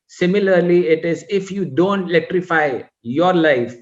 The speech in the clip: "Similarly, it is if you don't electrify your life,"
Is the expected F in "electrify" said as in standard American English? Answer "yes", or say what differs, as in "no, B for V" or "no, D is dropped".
yes